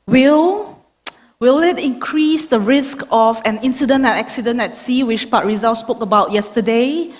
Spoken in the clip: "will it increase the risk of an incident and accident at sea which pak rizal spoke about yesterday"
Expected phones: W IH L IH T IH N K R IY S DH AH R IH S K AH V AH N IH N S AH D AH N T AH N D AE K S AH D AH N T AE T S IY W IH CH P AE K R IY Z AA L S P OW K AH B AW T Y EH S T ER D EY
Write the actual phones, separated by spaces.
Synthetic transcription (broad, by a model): W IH L IH T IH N K R IY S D AH R IH S K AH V AH N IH N S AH D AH N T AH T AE K S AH D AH N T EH T S IY W IH CH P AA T R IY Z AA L S P OW K AH B AW T Y EH S T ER D EY